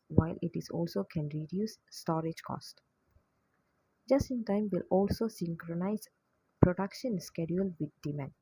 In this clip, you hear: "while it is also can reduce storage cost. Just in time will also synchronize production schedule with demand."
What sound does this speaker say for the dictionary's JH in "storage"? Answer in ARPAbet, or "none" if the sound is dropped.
JH